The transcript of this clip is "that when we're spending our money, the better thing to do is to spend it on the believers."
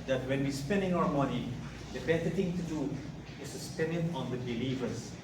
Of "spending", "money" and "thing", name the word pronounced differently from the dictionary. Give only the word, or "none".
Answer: thing